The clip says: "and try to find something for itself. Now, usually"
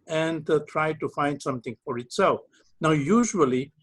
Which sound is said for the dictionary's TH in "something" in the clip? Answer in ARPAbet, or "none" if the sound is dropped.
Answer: T